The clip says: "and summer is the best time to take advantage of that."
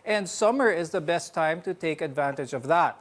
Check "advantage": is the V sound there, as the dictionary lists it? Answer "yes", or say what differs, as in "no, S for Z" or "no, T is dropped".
yes